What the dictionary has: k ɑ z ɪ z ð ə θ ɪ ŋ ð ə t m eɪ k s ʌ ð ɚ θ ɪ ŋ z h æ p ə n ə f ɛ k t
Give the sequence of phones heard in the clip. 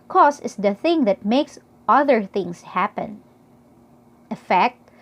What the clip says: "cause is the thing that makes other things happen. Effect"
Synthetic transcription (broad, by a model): k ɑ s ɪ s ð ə θ ɪ ŋ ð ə t m eɪ k s ʌ ð ɚ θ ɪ ŋ s h æ p ə n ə f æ k t